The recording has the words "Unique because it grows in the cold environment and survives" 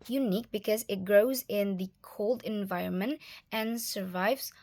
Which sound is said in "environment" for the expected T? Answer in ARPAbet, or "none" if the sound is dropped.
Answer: T